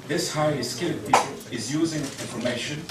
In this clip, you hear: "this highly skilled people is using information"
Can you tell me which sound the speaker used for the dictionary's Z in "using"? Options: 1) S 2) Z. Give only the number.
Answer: 2